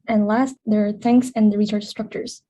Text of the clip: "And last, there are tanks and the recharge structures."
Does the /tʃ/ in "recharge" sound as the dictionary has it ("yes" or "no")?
no